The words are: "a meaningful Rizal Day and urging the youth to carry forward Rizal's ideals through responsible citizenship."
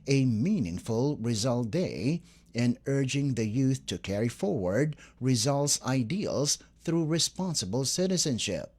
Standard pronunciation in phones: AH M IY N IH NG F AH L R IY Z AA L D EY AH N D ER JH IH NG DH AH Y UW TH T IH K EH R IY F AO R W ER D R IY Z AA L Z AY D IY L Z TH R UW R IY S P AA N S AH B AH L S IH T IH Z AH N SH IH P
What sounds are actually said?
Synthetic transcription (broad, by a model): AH M IY N IH NG F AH L R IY Z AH L D EY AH N ER JH IH NG DH AH Y UW TH T IH K EH R IY F AO R W ER D R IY Z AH L S AY D IY L Z TH R UW R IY S P AA N S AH B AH L S IH T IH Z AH N SH IH P